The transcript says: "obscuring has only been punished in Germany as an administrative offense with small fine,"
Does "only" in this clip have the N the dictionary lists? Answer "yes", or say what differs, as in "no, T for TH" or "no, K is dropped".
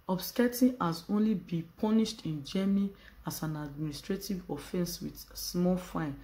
yes